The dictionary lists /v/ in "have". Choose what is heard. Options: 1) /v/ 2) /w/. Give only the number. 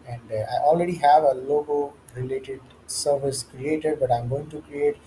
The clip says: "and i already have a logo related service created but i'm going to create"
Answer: 1